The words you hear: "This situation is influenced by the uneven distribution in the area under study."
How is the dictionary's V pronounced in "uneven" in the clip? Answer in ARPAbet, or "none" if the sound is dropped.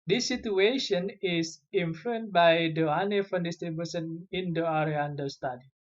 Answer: F